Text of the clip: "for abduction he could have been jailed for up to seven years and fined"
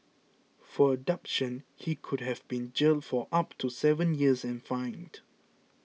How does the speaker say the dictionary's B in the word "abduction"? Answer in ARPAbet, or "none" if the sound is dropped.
none